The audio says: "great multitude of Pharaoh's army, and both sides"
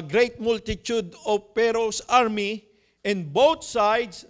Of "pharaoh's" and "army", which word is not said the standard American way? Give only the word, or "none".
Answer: pharaoh's